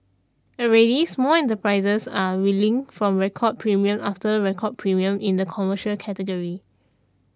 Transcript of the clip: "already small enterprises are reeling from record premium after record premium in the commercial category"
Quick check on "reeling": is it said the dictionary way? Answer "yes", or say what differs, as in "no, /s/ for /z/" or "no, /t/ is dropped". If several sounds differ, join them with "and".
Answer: no, /w/ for /ɹ/